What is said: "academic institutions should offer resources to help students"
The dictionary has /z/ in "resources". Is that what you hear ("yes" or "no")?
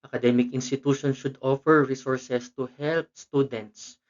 no